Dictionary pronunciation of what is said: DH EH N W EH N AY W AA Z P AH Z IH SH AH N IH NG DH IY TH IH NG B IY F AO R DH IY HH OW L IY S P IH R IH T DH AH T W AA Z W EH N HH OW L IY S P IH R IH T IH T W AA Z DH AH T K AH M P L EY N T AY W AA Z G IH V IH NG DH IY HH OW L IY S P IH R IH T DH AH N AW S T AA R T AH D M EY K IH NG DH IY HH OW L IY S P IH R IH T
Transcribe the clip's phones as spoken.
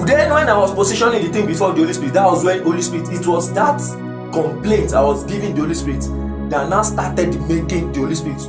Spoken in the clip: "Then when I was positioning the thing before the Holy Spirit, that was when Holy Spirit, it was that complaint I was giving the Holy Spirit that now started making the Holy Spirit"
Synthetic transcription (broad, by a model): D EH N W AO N AY W AA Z P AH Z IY SH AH N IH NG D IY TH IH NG B IY F AO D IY HH OW L IY S P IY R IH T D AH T W AA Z W EH N HH OW L IY S P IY R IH T IH T W AA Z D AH T K AH M P L EY N T AY W AA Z G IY V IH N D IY HH OW L IY S P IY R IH T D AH N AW S T AA T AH D M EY K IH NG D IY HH OW L IY S P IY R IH T